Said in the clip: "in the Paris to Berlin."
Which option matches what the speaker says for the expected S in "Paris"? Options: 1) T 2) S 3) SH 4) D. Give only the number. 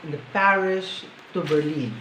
3